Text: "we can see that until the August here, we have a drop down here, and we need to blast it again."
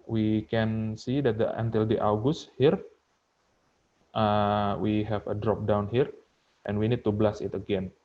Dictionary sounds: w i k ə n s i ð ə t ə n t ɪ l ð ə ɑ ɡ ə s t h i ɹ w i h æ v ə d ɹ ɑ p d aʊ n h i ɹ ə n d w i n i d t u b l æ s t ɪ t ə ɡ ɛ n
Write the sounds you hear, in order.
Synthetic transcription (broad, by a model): w i k ə n s i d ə t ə n t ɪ l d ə ɑ ɡ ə s t h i ɹ w i h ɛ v ə d ɹ ɑ p d aʊ n h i ɹ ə n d w i n i d t u b l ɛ s ɪ t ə ɡ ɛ n